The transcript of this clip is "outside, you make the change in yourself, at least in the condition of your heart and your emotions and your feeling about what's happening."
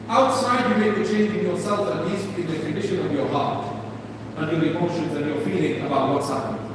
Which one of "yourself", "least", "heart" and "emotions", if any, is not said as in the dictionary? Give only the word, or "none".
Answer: none